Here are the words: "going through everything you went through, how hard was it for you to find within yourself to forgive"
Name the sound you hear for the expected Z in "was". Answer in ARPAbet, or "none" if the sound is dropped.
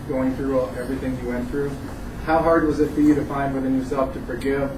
Z